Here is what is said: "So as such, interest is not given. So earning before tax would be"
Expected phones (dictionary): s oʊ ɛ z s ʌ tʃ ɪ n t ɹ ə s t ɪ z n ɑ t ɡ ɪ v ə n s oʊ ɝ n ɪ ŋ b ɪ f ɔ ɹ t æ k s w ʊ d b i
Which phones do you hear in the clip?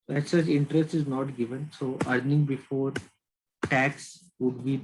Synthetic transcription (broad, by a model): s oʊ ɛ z s ʌ tʃ ɪ n t ɹ ə s t ɪ z n ɑ t ɡ ɪ v ə n s oʊ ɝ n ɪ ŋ b ɪ f ɔ ɹ t æ k s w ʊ d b i